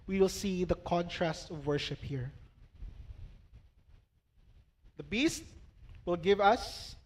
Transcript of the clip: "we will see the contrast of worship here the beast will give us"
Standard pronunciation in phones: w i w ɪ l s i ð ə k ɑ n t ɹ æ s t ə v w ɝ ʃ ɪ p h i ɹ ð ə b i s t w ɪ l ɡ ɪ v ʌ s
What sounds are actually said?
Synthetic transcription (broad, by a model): w i w ɪ l s i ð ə k ɑ n t ɹ æ s t ə v w ɝ ʃ ɪ p h i ɹ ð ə b i s t w ɪ l ɡ ɪ v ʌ s